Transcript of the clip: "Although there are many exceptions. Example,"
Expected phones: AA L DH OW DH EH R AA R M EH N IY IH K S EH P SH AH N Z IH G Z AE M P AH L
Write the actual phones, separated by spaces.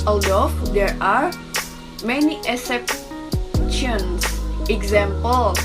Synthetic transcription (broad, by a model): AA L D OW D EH R AA R M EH N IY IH S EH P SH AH N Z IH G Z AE M P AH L